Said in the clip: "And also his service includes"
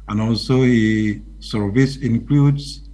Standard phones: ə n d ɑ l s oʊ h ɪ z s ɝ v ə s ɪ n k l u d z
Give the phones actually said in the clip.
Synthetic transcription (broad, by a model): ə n ɑ l s oʊ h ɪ s ɝ v ə s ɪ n k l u d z